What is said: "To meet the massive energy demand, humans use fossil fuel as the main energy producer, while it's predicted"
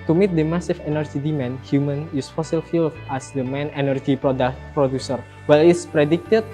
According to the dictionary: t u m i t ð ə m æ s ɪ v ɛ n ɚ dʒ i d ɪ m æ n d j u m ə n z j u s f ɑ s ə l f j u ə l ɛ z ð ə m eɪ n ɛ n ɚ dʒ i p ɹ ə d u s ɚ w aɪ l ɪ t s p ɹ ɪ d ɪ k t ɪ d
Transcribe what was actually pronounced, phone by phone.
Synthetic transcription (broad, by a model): t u m i t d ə m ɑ s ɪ f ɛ n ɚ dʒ i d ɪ m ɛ n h j u m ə n j u s f ɑ s ə l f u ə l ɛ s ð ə m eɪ n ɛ n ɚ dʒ i p ɹ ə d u s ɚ w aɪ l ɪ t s p ɹ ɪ d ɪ k t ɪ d